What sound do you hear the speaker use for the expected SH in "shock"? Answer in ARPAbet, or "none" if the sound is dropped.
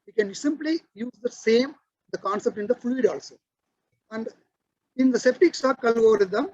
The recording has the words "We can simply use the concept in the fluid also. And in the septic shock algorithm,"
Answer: S